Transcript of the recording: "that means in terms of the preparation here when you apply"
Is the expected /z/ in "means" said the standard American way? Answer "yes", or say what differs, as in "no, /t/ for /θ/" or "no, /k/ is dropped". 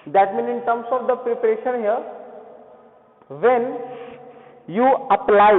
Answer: no, /z/ is dropped